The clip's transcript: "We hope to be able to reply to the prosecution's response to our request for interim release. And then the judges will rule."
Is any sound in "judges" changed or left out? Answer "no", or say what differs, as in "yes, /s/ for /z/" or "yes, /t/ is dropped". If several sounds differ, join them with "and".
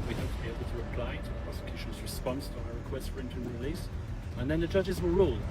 no